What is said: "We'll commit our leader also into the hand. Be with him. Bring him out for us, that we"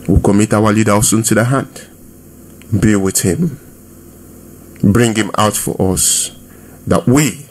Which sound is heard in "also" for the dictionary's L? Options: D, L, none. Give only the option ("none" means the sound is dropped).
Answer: none